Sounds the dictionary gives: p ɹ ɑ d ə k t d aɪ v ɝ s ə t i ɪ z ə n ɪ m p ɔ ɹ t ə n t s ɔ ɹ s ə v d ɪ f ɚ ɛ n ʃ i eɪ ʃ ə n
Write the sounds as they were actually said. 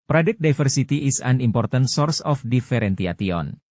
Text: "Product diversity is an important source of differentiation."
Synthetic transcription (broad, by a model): p ɹ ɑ d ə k d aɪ f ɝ s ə t i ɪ s ə n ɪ m p ɔ ɹ t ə n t s ɔ ɹ s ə f d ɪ f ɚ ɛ n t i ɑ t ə n